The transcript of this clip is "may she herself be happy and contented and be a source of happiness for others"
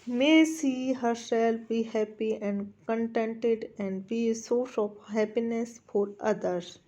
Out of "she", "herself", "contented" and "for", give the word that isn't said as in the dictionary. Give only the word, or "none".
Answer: she